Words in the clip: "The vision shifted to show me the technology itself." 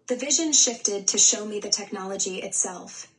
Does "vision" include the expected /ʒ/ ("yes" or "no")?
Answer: yes